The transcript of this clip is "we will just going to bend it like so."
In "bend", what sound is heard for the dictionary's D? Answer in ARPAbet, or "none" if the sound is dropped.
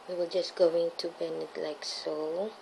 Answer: none